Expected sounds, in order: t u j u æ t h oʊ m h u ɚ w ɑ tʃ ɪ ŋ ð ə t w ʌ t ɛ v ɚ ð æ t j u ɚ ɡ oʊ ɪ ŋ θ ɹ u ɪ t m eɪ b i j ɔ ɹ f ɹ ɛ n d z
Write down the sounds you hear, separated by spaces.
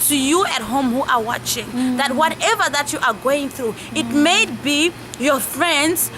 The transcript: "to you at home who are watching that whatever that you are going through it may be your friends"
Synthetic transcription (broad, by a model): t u j u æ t h oʊ m h u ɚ w ɑ tʃ ɪ ŋ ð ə t w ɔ t ɛ v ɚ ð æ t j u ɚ ɡ oʊ ɪ ŋ θ ɹ u ɪ t m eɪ b i j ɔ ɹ f ɹ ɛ n d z